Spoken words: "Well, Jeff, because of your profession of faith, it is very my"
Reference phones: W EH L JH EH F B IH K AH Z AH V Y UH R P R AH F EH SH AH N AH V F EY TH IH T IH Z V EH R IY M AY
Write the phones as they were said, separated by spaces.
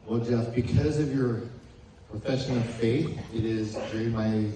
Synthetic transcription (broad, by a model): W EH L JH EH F B IH K AH Z AH V Y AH R P R AH F EH SH AH N AH V F EY TH IH T IH Z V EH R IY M AY